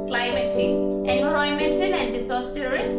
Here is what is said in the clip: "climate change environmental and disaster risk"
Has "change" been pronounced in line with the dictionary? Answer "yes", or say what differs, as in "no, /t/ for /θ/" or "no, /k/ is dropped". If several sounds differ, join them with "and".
no, /dʒ/ is dropped